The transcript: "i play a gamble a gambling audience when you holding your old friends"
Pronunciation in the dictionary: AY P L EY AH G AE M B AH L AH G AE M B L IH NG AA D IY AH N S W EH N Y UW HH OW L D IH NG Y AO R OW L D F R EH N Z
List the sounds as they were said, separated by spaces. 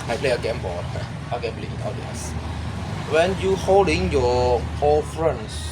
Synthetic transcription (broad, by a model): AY P L EY AH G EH M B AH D AH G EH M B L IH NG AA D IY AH S W EH N Y UW HH OW L D IH NG Y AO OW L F R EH N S